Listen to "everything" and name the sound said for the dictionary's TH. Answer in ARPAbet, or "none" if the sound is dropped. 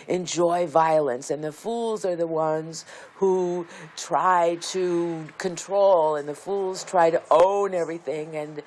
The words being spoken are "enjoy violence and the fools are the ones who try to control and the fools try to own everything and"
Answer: TH